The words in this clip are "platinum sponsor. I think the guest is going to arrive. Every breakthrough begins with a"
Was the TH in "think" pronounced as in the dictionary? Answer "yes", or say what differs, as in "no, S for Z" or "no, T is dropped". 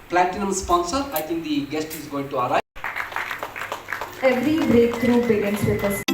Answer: no, T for TH